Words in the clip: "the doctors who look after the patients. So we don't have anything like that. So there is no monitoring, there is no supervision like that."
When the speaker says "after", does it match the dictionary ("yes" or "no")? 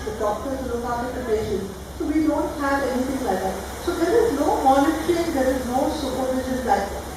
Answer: no